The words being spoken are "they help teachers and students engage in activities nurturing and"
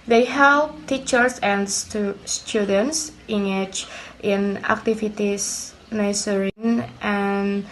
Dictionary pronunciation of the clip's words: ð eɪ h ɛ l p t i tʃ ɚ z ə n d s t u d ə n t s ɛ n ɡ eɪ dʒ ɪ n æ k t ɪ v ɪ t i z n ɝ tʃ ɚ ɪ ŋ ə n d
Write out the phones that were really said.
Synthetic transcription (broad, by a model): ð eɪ h ɛ l p t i tʃ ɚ s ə n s s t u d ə n t s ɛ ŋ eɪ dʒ ɪ n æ k t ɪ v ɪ t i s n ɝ s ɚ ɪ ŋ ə n